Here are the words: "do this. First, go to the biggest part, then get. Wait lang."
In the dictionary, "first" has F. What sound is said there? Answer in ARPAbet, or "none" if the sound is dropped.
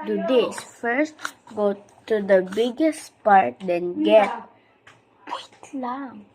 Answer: F